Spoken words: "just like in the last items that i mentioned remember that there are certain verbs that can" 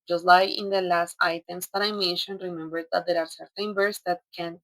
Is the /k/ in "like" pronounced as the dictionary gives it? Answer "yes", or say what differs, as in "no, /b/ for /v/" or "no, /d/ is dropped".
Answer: no, /k/ is dropped